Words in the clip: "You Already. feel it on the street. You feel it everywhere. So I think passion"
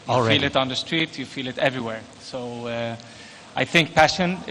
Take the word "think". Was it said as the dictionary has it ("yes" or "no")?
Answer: yes